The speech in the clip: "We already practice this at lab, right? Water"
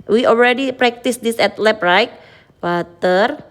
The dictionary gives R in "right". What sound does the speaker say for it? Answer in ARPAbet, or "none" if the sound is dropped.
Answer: R